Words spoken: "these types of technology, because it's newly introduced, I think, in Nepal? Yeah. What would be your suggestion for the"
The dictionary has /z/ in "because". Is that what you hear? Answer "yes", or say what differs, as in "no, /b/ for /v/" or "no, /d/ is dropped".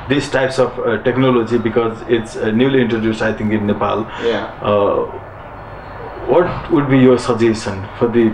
yes